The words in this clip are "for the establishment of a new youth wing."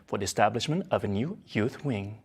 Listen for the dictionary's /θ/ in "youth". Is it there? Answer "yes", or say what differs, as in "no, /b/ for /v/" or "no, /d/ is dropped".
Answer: yes